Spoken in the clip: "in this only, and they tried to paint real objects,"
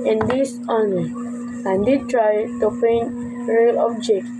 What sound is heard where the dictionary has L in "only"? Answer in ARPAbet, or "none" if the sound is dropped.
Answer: none